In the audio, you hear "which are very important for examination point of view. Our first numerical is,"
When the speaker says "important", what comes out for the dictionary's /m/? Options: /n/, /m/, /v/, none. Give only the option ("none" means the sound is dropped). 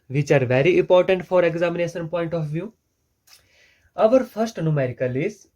/m/